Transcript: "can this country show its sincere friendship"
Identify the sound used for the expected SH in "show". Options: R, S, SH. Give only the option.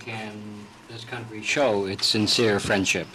SH